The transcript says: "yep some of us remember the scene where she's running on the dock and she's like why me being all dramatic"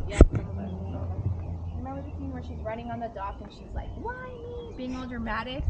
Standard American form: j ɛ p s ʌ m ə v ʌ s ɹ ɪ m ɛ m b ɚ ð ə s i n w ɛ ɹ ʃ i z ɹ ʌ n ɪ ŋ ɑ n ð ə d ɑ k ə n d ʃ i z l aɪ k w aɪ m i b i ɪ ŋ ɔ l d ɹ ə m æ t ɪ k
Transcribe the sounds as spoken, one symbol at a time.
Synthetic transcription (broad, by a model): j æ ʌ ə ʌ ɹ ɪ m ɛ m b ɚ ð ə θ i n w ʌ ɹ ʃ i z ɹ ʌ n ɪ ŋ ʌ n ð ə d ɑ k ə n ʃ i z l aɪ k w aɪ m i b i ɪ ŋ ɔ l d ɹ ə m æ t ɪ k